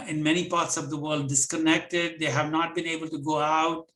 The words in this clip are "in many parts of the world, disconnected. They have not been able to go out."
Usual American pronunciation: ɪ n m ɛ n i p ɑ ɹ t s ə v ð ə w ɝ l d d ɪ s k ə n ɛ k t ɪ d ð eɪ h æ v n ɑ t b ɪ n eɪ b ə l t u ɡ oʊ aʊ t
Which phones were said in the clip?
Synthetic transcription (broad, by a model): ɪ n m ɛ n i p ɑ ɹ t s ə v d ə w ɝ l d d ɪ s k ə n ɛ k t ɪ d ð eɪ h æ v n ɑ t b ɪ n eɪ b ə l t u ɡ oʊ aʊ t